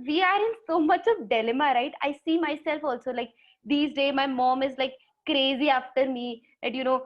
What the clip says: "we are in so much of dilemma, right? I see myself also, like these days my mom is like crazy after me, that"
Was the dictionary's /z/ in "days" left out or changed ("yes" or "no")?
yes